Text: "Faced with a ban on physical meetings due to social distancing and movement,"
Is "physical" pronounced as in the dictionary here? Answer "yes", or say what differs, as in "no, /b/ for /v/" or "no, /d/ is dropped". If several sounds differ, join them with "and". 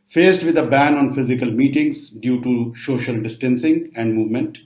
yes